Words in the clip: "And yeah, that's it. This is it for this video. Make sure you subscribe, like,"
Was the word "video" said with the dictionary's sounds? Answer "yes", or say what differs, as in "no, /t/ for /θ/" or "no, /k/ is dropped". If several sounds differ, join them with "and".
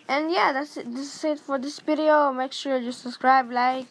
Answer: no, /p/ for /v/